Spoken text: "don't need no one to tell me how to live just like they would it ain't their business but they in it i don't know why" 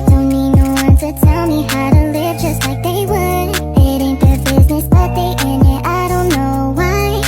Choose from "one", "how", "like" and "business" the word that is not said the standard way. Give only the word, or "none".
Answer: none